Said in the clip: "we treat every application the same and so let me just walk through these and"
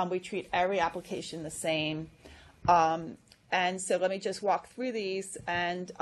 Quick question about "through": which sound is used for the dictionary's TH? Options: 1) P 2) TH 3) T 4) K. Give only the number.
2